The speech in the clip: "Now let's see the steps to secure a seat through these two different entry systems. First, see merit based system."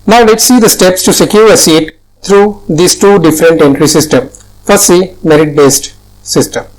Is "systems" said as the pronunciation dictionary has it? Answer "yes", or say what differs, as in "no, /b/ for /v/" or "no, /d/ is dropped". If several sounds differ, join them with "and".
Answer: no, /z/ is dropped